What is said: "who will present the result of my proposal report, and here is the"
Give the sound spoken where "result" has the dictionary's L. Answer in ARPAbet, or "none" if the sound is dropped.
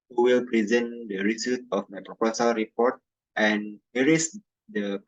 none